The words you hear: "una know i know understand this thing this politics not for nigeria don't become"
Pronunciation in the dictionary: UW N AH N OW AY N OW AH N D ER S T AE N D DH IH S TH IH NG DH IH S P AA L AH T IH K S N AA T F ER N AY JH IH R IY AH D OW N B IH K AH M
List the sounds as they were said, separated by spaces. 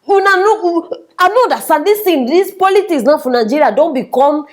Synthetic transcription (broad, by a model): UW N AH N OW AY N OW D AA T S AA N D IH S T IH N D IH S P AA L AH T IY K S N AA F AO N AY JH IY R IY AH D OW N B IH K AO M